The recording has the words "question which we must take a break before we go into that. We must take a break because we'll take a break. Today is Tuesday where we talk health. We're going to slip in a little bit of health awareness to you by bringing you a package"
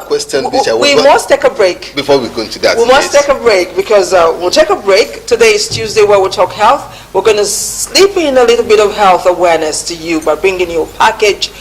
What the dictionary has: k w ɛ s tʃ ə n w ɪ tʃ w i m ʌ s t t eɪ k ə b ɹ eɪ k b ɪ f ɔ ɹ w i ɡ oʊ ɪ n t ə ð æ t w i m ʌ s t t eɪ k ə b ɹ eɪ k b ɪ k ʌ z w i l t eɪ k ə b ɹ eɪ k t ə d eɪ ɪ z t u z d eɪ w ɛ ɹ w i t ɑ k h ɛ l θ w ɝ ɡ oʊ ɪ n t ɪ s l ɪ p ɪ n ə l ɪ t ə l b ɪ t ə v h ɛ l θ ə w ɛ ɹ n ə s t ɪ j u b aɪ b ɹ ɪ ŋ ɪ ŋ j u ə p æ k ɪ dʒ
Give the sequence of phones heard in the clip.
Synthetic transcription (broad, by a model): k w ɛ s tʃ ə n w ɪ w i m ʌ s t t eɪ k ə b ɹ eɪ k b ɪ f ɔ ɹ w i ɡ oʊ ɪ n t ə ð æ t w i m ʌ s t t eɪ k ə b ɹ eɪ k b ɪ k ʌ z w i l t eɪ k ə b ɹ eɪ k t ə d eɪ ɪ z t u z d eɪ w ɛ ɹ w i t ɑ k h ɛ l θ w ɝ ɡ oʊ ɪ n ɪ s l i p ɪ n ə l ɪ t l b ɪ t ə v h ɛ l θ ə w ɛ ɹ n ə s t ɪ j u b aɪ b ɹ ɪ ŋ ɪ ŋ j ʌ ə p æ k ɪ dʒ